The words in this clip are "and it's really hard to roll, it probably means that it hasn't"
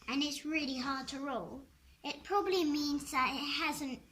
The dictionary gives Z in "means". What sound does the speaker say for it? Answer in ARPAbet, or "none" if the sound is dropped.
Z